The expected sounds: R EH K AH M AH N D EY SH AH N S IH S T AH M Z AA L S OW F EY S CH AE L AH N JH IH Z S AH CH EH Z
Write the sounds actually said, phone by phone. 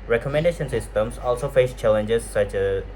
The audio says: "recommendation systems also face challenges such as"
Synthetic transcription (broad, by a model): R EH K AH M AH N D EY SH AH N S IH S T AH M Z AA L S OW F EY S CH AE L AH N JH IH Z S AH CH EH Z